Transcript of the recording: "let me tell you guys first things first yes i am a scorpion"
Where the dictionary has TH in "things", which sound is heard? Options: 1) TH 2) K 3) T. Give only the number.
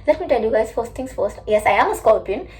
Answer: 3